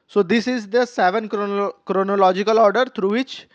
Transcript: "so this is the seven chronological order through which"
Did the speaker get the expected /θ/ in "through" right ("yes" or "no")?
no